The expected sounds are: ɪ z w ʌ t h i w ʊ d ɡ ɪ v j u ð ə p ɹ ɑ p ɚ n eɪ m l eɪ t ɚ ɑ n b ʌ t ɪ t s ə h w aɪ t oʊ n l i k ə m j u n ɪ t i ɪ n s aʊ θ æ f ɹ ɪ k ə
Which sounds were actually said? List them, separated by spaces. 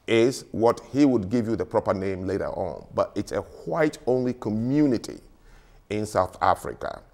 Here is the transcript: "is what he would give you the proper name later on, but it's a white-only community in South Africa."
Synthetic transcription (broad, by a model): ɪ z w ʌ t h i w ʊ d ɡ ɪ v j u ð ə p ɹ ɑ p ɚ n eɪ m l eɪ t ɚ ɑ n b ʌ t ɪ t s ə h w aɪ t oʊ n l i k ə m j u n ɪ t i ɪ n s aʊ θ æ f ɹ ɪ k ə